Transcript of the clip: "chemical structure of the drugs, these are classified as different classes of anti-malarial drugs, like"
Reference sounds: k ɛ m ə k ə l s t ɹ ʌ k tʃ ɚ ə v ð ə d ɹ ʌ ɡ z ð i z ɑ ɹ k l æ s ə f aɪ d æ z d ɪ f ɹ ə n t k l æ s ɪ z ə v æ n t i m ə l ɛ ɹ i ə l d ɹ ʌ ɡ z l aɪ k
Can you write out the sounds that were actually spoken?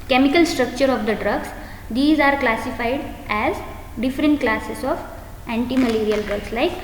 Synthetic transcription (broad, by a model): k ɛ m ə k ə l s t ɹ ʌ k tʃ ɚ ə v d ə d ɹ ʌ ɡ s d i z ɑ ɹ k l æ s ə f aɪ d æ z d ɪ f ɹ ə n t k l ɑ s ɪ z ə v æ n t i m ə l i ɹ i ə l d ɹ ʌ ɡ s l aɪ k